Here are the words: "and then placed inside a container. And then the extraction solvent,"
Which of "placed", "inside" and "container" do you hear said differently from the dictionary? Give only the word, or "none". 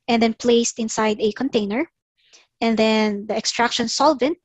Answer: none